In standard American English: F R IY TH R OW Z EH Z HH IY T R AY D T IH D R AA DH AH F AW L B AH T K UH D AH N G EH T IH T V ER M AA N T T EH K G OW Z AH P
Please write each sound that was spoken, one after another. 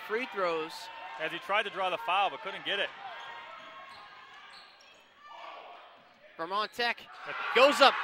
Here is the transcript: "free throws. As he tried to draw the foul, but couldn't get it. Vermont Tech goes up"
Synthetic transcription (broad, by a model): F R IY TH R OW Z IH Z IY T R AY D T IH D R AA DH AH F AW L B AH T K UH D N G EH T IH T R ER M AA N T T EH K G OW Z AH P